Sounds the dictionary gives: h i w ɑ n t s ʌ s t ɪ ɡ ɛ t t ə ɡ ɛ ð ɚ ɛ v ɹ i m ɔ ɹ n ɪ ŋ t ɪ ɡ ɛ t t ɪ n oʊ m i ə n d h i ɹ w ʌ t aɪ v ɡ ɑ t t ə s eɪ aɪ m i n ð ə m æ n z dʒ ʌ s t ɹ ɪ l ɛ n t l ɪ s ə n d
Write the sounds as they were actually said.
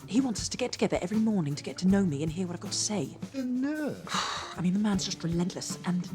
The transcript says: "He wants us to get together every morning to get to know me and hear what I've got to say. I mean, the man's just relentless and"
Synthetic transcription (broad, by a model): h i w ɑ n t s ʌ s t ɪ ɡ ɛ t t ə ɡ ɛ ð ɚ ɛ v ɹ i m ɔ ɹ n ɪ ŋ t ɪ ɡ ɛ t t ɪ n oʊ m i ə n h i ɹ w ʌ t aɪ v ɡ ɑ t t ə s eɪ aɪ m i n ð ə m æ n z dʒ ʌ s t ɹ ɪ l ɛ n t l ɪ s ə n